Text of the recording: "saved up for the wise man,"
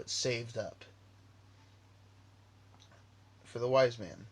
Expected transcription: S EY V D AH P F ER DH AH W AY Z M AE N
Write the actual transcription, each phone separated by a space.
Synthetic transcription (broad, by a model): S EY V D AH P F ER DH AH W AY Z M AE N